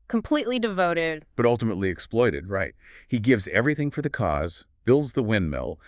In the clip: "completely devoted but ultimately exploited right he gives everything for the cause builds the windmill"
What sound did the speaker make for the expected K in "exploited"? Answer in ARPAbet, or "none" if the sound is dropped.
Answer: K